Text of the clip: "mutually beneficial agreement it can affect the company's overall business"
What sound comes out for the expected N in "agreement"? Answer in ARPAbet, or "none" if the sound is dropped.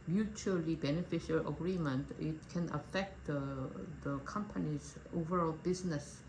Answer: N